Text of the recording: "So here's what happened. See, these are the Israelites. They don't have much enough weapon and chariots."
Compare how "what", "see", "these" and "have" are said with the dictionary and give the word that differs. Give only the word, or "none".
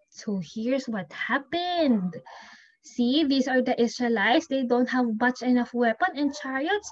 these